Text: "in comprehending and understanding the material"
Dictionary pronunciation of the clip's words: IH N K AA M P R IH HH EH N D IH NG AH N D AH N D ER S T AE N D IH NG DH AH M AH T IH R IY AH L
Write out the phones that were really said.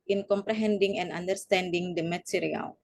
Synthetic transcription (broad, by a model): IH N K AA M P R IH HH EH N D IH NG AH N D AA N D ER S T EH N D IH NG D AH M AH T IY R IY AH L